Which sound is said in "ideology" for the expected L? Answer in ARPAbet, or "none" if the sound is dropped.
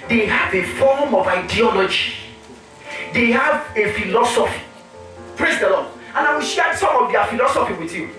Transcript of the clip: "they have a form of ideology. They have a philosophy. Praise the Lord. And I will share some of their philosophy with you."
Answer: L